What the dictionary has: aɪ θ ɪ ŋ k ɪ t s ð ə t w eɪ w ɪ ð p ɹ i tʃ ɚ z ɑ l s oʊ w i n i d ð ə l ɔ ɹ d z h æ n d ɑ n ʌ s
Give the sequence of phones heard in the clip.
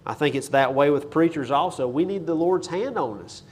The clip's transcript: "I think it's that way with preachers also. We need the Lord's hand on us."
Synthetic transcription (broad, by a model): aɪ θ ɪ ŋ k ɪ t s ð ə t w eɪ w ɪ ð p ɹ i tʃ ɚ z ɑ l s oʊ w i n i d ð ə l ɔ ɹ d z h æ n d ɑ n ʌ s